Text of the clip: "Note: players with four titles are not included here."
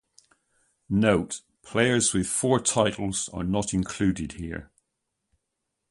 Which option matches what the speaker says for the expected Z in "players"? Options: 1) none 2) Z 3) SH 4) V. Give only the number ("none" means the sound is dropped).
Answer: 2